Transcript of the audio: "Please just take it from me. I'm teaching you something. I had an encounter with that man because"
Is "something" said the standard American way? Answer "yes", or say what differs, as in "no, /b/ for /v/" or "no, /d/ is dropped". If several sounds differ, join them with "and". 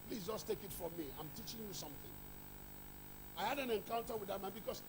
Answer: yes